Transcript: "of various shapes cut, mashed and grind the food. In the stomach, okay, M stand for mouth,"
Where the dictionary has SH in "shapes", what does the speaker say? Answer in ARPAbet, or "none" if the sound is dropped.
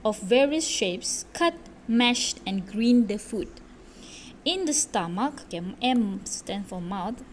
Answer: SH